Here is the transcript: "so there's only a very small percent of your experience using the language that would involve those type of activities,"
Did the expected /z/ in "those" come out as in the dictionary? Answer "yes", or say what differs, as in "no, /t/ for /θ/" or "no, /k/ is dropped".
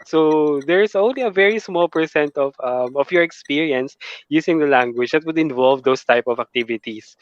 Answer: no, /s/ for /z/